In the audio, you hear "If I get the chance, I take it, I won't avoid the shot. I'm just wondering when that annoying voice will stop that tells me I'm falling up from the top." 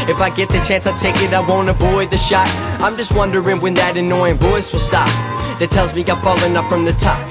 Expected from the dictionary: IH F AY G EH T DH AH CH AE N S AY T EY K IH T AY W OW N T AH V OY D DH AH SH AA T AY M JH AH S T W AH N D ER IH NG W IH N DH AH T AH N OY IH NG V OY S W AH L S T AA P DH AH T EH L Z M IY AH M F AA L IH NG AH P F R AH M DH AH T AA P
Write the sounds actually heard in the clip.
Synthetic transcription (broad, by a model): IH F AY G EH T DH AH CH AE N S AY T EY K IH T AY W OW N T AH V OY D DH AH SH AA T AY M JH AH S T W AH N D ER IH NG W IH N DH AH T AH N OY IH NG V OY S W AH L S T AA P DH AH T EH L Z M IY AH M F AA L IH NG AH P F R AH M DH AH T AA P